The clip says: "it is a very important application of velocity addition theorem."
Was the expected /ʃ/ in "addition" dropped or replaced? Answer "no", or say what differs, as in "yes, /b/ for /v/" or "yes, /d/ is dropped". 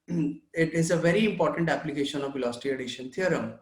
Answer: no